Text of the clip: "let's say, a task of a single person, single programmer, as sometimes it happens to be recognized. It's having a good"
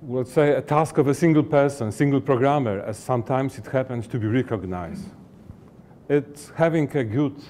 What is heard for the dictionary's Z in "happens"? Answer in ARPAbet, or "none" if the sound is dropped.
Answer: S